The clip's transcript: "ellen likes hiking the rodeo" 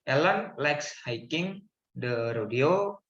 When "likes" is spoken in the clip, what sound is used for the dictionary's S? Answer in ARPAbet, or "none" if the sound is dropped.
S